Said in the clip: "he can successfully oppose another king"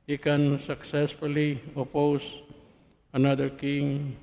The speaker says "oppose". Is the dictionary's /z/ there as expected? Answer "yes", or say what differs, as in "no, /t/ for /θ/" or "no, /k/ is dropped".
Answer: no, /s/ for /z/